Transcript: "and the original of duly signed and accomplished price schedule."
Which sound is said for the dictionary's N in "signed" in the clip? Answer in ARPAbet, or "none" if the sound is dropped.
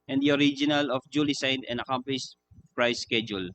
none